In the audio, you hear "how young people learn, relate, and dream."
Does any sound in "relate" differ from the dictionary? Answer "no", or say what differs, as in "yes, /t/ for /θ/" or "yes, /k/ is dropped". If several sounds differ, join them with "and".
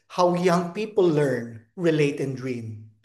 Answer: no